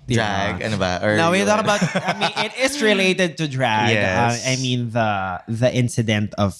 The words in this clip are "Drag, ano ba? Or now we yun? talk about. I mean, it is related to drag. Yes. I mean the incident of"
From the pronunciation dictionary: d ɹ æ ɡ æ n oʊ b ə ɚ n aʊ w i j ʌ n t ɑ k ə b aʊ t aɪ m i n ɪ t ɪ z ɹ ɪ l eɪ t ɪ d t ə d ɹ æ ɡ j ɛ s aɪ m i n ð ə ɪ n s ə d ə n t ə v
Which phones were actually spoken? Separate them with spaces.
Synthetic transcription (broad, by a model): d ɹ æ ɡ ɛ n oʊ b ə ɚ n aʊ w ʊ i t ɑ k ə b aʊ t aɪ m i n ɪ t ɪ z ɹ ɪ l eɪ t ɪ d t ə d ɹ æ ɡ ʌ aɪ m i n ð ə ɪ n s ə d ə n t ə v